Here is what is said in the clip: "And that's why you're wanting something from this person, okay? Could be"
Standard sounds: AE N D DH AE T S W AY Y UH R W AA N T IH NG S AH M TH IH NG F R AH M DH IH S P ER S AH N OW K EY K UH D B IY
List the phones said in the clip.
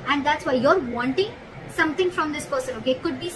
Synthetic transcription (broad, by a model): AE N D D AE T S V AY Y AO R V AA N T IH NG S AH M T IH NG F R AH M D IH S P ER S AH N OW K EY K UH D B IY